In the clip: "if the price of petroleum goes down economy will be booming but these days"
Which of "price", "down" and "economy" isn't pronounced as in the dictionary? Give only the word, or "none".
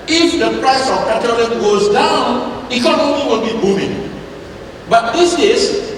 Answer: economy